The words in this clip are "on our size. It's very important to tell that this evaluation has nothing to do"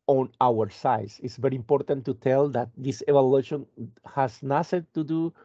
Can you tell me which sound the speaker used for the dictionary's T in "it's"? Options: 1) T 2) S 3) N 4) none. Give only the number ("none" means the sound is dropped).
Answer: 1